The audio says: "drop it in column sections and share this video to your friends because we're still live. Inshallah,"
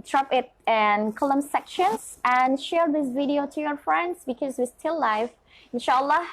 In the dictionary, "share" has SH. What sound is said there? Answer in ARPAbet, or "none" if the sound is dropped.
SH